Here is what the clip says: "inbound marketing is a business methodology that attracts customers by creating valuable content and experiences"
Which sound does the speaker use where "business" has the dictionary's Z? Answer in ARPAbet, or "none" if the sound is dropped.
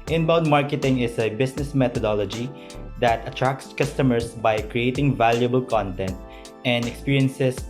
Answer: S